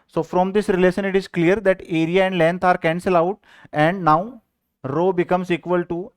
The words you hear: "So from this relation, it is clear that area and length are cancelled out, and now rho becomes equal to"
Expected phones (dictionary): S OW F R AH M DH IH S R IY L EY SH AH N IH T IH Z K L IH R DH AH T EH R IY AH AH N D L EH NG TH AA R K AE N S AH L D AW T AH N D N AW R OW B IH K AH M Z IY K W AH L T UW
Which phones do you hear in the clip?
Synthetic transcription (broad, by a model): S OW F R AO M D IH S R IY L EY SH AH N IH T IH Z K L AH R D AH T EH R IY AH AH N D L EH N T AA R K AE N S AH L AW T AH N D N AW R OW B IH K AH M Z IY K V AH L T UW